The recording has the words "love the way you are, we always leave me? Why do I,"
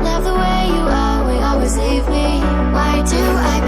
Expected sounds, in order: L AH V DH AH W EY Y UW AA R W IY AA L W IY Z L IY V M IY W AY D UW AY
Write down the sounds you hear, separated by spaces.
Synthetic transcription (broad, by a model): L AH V DH AH W EY Y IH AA L W IY AA L W IY Z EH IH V M IY W AY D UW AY